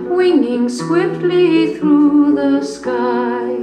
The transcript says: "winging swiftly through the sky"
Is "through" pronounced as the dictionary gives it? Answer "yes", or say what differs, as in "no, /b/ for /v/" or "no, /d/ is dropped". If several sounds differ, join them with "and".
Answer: yes